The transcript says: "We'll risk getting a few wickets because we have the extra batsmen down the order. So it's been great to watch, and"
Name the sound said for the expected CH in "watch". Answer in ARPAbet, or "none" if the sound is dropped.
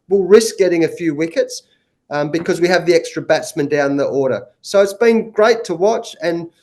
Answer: CH